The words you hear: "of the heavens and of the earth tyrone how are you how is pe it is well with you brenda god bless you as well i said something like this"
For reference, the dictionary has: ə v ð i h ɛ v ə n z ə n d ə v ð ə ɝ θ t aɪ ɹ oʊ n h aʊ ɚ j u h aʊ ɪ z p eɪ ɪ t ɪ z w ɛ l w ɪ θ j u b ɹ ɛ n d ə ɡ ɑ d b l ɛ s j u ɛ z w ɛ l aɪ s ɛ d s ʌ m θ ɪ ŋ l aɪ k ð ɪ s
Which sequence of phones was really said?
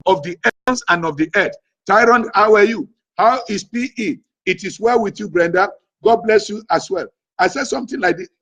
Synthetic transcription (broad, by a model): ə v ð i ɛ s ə n ə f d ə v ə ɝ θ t aɪ ɹ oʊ n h aʊ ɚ j u h aʊ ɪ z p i ɪ t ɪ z w ɛ l w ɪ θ j u b ɹ ɛ n d ə ɡ ɑ d b l ɛ s j u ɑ s w ɛ l aɪ s ɛ d s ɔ m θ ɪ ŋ l aɪ k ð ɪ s